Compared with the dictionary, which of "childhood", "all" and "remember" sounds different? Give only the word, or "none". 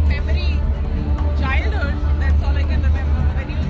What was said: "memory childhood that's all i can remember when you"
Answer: remember